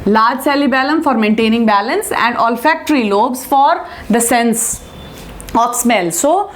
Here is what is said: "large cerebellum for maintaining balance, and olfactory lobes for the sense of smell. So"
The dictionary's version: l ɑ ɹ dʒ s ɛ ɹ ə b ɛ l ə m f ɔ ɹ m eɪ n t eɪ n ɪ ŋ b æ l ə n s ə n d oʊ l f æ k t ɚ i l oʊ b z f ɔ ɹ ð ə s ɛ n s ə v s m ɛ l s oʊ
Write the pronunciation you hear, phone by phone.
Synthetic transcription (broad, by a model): l ɑ ɹ dʒ s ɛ l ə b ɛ l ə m f ɔ ɹ m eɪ n t eɪ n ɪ ŋ b æ l ə n s ə n d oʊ l f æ k t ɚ i l oʊ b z f ɔ ɹ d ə s ɛ n s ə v s m ɛ l s oʊ